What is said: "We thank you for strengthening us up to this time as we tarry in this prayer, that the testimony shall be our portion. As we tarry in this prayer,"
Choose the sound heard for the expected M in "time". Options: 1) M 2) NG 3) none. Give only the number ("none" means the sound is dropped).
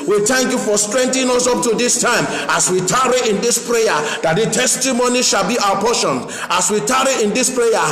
1